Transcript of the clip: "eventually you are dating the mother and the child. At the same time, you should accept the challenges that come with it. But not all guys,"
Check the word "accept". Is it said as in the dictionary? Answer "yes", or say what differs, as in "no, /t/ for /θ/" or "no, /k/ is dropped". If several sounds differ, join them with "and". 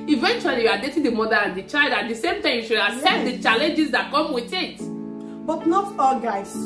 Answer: no, /k/ is dropped